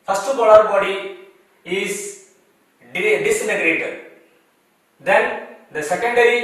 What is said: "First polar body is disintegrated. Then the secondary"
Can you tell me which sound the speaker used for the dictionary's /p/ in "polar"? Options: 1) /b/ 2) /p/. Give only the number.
1